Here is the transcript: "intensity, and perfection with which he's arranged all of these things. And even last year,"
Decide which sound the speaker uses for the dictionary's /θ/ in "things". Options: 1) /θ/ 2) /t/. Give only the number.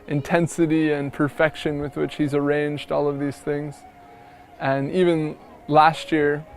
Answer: 1